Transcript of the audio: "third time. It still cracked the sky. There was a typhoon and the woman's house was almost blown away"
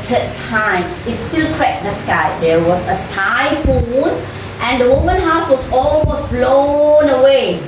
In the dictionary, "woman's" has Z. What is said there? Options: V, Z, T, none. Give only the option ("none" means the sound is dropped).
none